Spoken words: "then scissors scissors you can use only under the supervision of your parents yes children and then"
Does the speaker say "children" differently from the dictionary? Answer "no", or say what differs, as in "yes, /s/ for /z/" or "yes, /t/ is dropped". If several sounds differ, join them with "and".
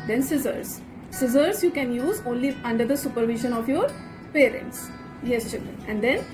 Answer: yes, /l/ is dropped